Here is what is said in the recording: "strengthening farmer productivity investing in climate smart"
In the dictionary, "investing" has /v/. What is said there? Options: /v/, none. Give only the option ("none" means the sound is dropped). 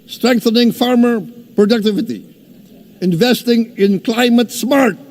/v/